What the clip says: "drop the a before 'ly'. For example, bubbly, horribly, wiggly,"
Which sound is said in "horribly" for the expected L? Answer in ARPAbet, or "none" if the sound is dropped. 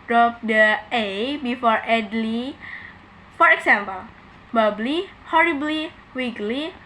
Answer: L